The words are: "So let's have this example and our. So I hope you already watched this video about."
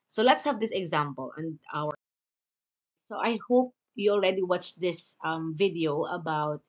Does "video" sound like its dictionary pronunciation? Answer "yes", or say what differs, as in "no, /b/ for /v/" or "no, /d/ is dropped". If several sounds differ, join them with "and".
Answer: yes